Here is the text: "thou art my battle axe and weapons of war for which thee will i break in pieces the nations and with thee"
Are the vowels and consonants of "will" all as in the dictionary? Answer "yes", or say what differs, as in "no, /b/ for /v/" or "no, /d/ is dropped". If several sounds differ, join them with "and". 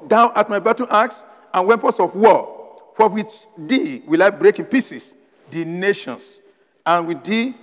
yes